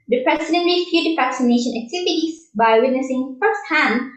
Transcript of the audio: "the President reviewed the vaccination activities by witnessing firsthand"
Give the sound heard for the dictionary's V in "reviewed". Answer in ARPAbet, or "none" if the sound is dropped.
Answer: F